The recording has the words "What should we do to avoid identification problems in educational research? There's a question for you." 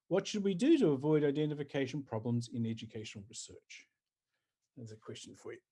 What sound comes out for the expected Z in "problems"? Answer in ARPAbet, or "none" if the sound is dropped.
Z